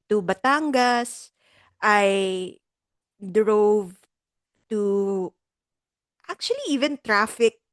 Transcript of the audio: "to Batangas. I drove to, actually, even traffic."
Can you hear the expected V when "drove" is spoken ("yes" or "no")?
yes